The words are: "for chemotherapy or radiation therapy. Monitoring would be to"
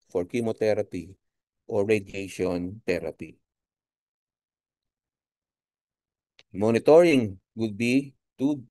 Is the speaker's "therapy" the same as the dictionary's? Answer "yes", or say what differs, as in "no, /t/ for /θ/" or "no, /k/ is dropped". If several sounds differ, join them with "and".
no, /t/ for /θ/